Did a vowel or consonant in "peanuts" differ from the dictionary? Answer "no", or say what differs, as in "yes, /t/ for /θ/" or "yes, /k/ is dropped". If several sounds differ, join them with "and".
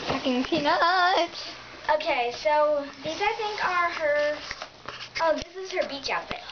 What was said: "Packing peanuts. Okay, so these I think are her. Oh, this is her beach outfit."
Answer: yes, /s/ is dropped